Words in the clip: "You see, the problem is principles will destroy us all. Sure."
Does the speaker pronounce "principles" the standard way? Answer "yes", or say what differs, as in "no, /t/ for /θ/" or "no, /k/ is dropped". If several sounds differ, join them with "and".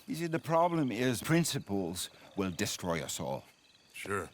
yes